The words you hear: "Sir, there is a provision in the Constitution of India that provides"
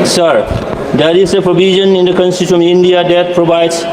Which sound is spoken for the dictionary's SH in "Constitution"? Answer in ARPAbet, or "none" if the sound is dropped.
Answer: none